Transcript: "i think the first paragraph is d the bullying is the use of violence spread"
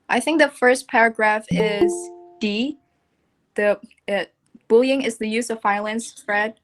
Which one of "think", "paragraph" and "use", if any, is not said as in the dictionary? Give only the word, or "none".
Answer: none